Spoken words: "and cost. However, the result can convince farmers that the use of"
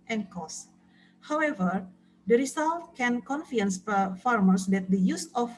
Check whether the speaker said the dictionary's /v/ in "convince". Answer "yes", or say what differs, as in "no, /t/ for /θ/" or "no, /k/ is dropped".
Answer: no, /f/ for /v/